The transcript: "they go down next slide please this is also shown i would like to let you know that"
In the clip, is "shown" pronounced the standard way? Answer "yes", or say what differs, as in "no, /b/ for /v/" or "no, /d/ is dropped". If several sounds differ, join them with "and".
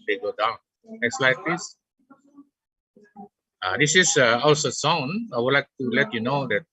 no, /s/ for /ʃ/